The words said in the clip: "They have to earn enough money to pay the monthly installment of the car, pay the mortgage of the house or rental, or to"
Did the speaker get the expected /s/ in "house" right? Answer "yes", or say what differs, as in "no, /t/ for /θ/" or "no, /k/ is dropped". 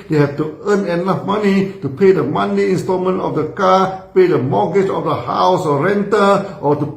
yes